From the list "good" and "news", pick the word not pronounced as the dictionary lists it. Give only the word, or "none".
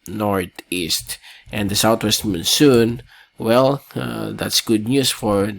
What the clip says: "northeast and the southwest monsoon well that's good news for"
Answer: news